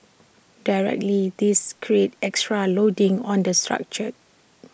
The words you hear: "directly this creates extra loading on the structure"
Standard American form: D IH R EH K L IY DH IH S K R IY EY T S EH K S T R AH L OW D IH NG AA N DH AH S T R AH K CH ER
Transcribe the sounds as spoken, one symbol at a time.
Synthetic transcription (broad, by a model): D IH R EH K L IY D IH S K R IY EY T EH K S T R AH L OW D IH NG AA N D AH S T R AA K CH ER